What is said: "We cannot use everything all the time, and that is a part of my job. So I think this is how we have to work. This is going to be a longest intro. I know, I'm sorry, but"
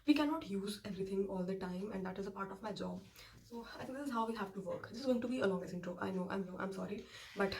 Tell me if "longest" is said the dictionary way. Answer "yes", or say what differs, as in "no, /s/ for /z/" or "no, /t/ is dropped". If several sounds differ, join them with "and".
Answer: no, /t/ is dropped